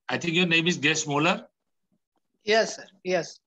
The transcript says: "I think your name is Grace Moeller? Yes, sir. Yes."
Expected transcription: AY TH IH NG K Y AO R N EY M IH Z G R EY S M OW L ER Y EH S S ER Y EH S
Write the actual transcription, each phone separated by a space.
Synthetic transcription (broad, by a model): AY T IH NG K Y AO R N EY M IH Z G EY S M OW L ER Y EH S S ER Y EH S